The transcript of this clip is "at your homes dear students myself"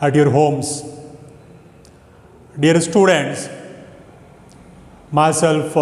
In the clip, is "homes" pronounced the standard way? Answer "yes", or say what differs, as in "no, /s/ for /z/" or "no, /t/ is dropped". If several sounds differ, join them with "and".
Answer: no, /s/ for /z/